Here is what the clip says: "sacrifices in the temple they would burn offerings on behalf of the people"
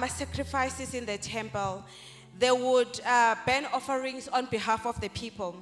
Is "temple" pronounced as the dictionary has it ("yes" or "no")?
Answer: yes